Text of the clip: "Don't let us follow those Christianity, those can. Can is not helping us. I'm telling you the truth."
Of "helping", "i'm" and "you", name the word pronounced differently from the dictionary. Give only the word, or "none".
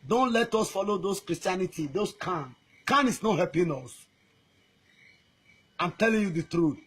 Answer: helping